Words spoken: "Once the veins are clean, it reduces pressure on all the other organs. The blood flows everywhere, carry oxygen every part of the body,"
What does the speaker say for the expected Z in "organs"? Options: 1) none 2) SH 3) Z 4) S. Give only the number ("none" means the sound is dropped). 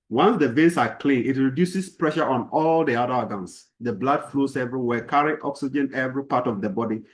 4